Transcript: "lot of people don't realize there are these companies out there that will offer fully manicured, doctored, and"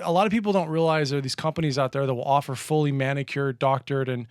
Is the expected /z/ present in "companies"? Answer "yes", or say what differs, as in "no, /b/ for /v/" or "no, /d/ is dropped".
yes